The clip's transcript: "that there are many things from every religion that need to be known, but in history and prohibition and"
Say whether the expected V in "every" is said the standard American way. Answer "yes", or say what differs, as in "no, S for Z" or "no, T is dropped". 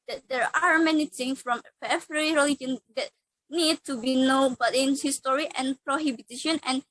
no, F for V